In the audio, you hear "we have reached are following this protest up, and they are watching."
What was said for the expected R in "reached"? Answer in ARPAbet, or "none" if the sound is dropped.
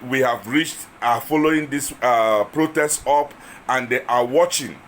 R